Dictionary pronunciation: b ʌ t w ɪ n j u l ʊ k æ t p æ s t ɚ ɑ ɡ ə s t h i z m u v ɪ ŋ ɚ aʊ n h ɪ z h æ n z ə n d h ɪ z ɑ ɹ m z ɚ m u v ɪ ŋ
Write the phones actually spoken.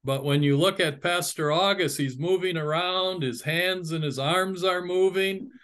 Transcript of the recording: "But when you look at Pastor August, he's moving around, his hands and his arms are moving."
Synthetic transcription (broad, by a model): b ʌ t w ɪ n j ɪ l ʊ k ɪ t p æ s t ɚ ɑ ɡ ə s t h i z m u v ɪ ŋ ɚ aʊ n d ɪ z h æ n z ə n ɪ z ɑ ɹ m z ɚ m u v ɪ ŋ